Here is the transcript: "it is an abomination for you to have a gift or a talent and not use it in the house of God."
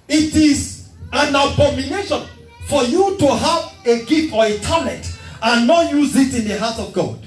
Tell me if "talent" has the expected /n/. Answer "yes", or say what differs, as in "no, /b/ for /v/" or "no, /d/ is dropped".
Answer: no, /n/ is dropped